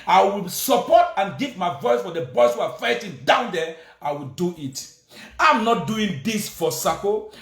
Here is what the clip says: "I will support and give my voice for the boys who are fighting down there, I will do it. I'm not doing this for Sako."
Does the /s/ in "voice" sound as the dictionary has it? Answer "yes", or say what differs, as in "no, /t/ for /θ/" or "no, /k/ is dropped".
yes